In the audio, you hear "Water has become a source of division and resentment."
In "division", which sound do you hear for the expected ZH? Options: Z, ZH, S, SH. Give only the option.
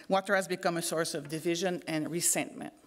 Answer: ZH